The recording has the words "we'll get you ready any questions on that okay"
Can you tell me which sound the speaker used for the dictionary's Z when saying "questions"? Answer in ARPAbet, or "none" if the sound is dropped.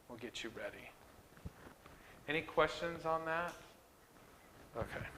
Z